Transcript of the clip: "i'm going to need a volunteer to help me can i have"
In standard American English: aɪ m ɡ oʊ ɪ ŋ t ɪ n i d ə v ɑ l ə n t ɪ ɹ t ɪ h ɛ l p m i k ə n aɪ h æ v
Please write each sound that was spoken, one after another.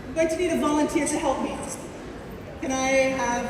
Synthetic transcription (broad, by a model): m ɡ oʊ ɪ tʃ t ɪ n i d ə v ɑ l ə n t ɪ ɹ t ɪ h ɛ l p m i k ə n aɪ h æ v